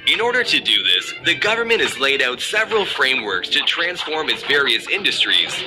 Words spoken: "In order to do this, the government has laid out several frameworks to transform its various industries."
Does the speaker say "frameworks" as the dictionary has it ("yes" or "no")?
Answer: yes